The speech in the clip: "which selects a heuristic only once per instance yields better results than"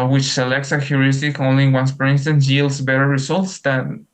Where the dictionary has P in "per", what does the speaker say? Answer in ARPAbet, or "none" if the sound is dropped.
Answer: F